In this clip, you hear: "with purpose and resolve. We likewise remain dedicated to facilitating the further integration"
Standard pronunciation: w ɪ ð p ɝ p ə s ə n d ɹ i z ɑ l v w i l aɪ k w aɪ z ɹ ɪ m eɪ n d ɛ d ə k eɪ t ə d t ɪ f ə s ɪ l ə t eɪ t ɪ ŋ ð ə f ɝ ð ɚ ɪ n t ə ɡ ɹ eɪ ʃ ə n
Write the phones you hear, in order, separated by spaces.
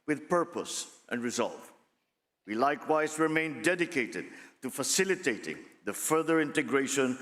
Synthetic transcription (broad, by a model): w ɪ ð p ɝ p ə s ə n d ɹ i z ɑ l v w i l aɪ k w aɪ z ɹ ɪ m eɪ n d ɛ d ə k eɪ t ə d t ɪ f ə s ɪ l ə t eɪ t ɪ ŋ ð ə f ɝ ð ɚ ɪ n t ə ɡ ɹ eɪ ʃ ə n